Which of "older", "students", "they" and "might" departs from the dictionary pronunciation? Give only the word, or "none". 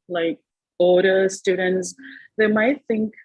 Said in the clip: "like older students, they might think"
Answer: older